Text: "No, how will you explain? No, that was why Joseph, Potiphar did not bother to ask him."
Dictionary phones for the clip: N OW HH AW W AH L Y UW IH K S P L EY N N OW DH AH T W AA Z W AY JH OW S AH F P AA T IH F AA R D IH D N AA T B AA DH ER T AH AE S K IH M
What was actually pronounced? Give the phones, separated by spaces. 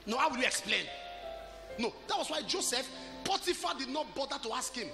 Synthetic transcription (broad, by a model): N OW HH AW W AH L Y UW IH K S P L EY N N OW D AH T W AA S W AY JH OW S AH F P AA T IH F AA D IH D N AA T B AA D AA T AH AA S K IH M